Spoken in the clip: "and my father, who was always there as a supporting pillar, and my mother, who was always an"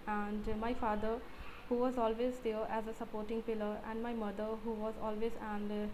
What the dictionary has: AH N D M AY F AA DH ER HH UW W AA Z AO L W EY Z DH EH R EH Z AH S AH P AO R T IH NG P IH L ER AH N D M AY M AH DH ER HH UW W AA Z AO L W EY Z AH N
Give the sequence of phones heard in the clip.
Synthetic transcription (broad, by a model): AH N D M AY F AA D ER HH UW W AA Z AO L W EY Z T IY L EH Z AH S AH P AO R T IH NG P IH L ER AH N D M AY M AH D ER HH UW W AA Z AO L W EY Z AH N